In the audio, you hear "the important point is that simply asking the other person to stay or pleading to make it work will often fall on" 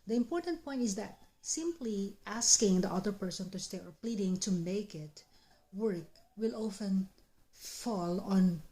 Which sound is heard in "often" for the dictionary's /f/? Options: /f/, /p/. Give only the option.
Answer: /f/